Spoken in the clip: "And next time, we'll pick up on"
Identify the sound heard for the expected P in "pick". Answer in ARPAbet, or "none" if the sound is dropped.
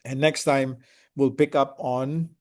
P